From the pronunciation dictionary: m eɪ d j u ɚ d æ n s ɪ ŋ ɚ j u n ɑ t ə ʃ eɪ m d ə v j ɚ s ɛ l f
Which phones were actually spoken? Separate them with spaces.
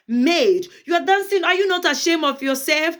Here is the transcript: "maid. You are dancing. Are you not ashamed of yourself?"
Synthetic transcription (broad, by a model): m eɪ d j u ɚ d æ n s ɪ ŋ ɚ j u n ɑ t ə ʃ eɪ m ə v j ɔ s ɛ l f